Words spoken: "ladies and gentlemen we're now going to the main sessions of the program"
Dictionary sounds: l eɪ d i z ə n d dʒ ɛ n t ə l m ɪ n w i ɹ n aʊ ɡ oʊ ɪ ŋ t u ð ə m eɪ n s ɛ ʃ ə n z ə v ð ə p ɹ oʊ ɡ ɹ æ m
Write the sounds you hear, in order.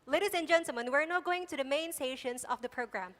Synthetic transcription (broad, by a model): l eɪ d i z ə n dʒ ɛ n s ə m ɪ n w i ɹ n aʊ ɡ oʊ ɪ ŋ t u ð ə m eɪ n s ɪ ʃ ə n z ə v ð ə p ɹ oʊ ɡ ɹ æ m